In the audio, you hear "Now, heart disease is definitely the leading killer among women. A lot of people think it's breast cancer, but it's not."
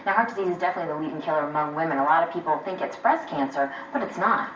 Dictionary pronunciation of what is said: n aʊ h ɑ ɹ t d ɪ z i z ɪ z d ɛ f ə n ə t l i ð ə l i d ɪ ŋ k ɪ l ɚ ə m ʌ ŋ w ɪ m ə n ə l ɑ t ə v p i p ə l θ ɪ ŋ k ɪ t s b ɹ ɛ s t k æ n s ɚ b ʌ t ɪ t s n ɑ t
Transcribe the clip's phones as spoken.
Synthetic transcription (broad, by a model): n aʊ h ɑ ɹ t d ɪ z i z ɪ z d ɛ f ə n ə t l i ð ə w i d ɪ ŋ k ɪ l ɚ ə m ʌ ŋ w ɪ m ə n ə l ɑ t ə v p i p l θ ɪ ŋ k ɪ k s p ɹ ɛ s k æ n s ɚ b ʌ t ɪ t s n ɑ t